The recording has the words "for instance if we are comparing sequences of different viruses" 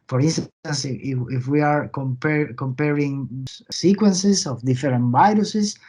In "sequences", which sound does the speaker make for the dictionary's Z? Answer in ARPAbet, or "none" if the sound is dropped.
S